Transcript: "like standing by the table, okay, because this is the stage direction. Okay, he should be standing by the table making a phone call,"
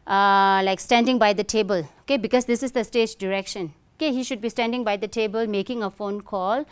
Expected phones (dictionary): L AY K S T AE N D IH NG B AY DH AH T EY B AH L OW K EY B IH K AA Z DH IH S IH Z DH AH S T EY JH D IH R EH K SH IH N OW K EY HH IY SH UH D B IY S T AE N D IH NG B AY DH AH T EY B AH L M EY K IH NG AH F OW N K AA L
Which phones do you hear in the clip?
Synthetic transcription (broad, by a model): L AY K S T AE N D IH NG B AY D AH T EY B AH L OW K EY B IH K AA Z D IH S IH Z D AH S T EY JH D IH R EH K SH IH N OW K EY HH IY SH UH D B IY S T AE N D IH NG B AY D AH T EY B AH L M EY K IH NG AH F OW N K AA L